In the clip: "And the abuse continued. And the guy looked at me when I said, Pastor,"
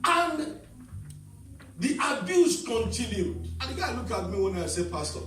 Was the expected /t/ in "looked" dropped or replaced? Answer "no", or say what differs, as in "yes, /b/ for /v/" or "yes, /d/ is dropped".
yes, /t/ is dropped